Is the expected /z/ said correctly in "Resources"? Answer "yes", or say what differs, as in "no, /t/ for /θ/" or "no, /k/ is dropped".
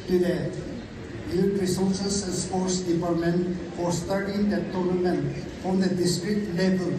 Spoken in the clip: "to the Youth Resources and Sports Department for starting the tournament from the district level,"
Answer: no, /s/ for /z/